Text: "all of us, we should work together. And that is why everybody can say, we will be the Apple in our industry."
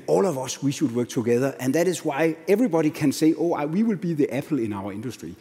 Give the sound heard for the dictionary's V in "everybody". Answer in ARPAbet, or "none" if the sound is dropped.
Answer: V